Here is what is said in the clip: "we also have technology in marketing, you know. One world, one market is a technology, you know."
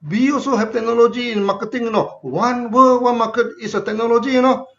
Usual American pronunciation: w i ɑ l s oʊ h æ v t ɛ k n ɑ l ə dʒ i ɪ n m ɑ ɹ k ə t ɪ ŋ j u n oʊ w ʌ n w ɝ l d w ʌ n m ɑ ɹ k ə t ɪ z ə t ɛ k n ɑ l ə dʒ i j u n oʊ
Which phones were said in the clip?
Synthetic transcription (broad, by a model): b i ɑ s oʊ h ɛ p t ɛ k n ɑ l ə dʒ i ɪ n m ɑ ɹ k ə t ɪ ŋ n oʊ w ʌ n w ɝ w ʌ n m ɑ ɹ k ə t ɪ s ə t ɛ k n ɑ l ə dʒ i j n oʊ